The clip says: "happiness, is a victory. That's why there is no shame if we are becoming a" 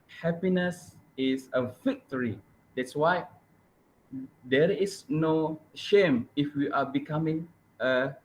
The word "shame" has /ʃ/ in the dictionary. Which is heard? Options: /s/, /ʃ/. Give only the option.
/ʃ/